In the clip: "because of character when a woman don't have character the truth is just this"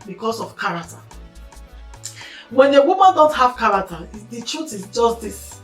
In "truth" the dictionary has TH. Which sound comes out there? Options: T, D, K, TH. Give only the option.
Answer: T